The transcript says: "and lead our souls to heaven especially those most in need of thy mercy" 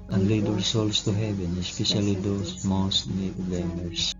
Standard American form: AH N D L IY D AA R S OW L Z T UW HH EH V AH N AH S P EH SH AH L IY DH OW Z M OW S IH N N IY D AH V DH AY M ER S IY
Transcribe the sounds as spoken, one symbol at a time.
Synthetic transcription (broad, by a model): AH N L IY D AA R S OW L S T UW HH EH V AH N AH S P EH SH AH L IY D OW S M OW S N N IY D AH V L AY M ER S